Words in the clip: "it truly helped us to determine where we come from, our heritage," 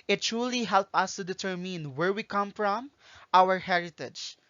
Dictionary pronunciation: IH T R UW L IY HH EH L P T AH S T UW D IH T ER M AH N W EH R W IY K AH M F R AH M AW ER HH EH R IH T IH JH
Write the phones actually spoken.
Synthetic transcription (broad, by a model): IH T R UW L IY HH EH L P AH S T UW D IH T ER M AH N W EH R W IY K AH M F R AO M AW ER HH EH R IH T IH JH